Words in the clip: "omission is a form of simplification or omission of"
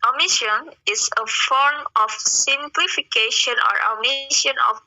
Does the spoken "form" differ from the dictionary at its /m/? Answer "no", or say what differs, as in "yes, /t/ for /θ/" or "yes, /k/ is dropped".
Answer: no